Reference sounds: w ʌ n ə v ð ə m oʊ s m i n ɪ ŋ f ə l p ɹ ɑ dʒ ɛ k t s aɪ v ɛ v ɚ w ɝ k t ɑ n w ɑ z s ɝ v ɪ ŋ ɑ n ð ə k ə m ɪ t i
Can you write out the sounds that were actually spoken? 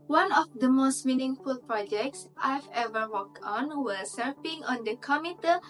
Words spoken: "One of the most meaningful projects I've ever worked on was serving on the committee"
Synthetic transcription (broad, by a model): w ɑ n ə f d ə m oʊ s m i n ɪ ŋ f ə l p ɹ ɑ dʒ ɛ k t s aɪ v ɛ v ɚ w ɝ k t ɑ n w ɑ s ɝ p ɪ ŋ ɑ n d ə k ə m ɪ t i